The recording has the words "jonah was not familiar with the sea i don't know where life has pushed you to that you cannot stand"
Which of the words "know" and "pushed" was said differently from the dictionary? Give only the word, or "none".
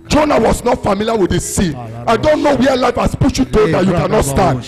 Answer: pushed